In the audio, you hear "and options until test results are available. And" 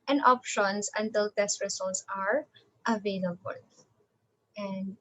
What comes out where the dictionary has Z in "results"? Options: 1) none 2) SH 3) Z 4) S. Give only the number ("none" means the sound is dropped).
4